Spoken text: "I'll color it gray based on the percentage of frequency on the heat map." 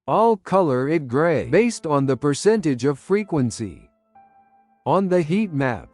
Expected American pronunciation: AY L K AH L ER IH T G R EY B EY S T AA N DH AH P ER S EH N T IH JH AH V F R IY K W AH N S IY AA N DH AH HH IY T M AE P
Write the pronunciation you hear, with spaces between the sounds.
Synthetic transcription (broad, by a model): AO L K AH L ER IH T G R EY B EY S T N DH AH P ER S EH N T IH JH AH V F R IY K W AH N S IY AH N DH AH HH IY T M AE P